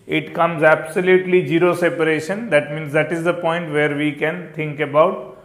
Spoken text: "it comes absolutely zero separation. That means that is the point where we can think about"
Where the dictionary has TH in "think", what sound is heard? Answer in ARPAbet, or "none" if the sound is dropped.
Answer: T